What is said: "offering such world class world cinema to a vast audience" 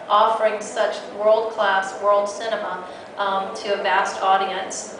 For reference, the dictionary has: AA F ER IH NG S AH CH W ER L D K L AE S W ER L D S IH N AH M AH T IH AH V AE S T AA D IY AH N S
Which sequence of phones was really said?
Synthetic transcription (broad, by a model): AA F ER IH NG S AH CH W ER L D K L AE S W ER L D S IH N AH M AH T IH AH V AE S T AA D IY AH N S